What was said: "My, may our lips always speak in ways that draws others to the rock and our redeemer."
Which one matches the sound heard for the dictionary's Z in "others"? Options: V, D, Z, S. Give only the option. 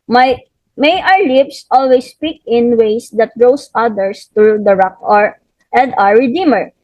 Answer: S